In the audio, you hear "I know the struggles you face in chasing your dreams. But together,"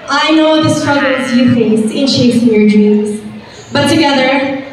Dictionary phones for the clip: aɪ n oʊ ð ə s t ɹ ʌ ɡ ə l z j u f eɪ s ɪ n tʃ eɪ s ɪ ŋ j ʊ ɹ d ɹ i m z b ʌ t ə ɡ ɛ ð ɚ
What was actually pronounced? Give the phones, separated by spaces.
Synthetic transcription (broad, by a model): aɪ n oʊ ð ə s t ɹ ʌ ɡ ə l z j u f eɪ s ɪ n ʃ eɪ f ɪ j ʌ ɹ d ɹ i m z b ʌ t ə ɡ ɛ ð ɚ